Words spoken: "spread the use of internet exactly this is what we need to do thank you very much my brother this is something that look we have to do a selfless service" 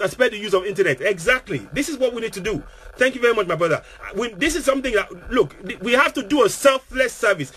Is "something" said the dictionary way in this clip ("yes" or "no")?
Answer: yes